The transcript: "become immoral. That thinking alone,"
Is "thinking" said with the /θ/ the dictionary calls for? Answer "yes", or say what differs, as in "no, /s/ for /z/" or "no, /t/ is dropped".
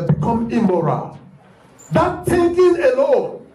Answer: no, /t/ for /θ/